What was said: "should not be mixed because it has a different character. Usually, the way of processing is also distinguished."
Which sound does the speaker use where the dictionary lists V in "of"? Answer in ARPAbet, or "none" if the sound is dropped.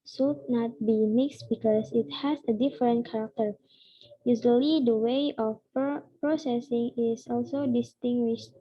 P